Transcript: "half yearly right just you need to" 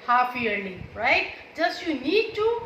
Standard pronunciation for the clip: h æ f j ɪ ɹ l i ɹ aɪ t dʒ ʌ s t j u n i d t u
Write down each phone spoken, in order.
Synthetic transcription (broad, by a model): h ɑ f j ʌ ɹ n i ɹ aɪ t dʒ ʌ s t j u n i d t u